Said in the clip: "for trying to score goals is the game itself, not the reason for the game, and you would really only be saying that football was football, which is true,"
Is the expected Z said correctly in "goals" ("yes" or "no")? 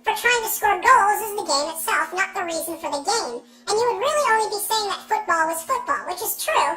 yes